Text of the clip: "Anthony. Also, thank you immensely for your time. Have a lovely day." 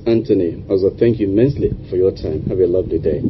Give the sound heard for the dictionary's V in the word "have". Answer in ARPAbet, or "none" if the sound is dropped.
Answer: B